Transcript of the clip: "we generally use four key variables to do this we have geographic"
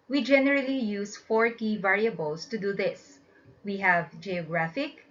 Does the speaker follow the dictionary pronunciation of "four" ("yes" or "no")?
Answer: yes